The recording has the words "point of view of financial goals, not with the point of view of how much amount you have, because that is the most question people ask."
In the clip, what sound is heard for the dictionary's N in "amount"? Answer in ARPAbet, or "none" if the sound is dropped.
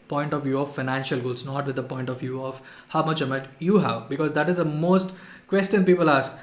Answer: none